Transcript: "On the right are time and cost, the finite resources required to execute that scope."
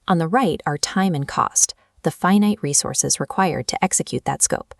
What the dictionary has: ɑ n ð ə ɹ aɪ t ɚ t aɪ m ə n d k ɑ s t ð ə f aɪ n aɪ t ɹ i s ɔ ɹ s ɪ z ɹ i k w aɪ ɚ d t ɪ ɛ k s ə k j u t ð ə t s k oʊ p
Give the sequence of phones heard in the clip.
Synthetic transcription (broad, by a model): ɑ n ð ə ɹ aɪ t ɚ t aɪ m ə n k ɑ s t ð ə f aɪ n aɪ t ɹ i s ɔ ɹ s ɪ z ɹ i k w aɪ ɚ d t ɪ ɛ k s ə k j u t ð ə t s k oʊ p